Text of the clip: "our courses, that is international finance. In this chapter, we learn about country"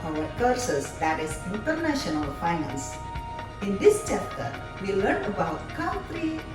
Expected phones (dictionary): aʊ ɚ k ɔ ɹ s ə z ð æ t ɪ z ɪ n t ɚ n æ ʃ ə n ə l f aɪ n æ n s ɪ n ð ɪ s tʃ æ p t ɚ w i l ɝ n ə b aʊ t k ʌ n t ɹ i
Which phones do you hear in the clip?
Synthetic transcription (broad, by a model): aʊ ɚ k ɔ ɹ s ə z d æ t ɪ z ɪ n t ɚ n æ ʃ ə n ə l f aɪ n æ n s ɪ n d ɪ s tʃ æ p t ɚ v i l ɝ n ə b aʊ t k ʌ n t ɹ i